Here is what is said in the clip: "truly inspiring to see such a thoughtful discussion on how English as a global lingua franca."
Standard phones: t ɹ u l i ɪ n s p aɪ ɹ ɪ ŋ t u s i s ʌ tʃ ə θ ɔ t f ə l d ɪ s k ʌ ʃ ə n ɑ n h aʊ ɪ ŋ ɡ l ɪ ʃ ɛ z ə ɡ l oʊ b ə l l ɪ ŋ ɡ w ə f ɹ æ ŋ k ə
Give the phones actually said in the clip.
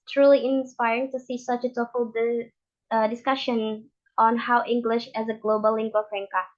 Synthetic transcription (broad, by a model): t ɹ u l i ɪ n s p aɪ ɹ ɪ ŋ t u s i s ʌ tʃ ə t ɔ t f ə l d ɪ s k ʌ ʃ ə n ɑ n h aʊ ɪ ŋ ɡ l ɪ ʃ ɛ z ə ɡ l oʊ b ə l l ɪ ŋ ɡ w ə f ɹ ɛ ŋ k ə